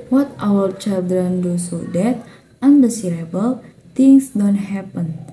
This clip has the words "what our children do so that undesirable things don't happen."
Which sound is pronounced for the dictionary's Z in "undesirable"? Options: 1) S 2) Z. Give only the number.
1